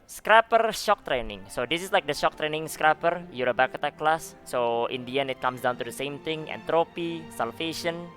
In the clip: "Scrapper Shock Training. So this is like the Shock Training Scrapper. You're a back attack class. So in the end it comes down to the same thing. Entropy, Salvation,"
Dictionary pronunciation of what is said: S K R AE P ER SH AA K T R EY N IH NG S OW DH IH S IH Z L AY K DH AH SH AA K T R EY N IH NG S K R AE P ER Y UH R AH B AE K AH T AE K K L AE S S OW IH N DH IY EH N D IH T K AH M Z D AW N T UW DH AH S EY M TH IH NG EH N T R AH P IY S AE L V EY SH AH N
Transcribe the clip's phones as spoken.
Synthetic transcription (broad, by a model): S K R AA P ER SH AA K T R EY N IH NG S OW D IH S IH S L AY K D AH SH AA K T R EY N IH NG S K R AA P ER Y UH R AH B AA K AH T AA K K L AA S S OW IH N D IY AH N IH T K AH M S D AW N T UW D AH S EY M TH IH NG EH N T R AH P IY S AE L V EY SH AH N